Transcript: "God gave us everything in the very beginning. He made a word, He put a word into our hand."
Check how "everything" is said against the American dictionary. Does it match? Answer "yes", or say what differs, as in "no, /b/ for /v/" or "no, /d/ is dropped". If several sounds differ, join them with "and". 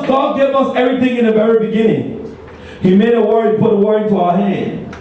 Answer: yes